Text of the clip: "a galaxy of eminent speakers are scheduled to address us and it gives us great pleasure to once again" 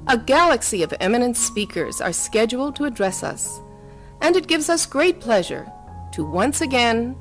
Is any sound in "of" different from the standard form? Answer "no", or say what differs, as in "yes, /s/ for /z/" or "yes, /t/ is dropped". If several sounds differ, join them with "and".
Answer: no